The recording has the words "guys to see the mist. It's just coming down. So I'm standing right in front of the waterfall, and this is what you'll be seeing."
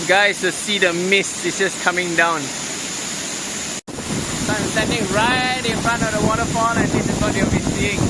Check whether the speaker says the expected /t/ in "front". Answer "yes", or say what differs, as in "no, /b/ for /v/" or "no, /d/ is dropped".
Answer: no, /t/ is dropped